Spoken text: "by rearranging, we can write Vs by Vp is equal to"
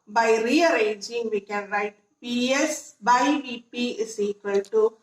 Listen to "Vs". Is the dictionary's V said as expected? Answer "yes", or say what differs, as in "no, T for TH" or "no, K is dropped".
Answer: no, P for V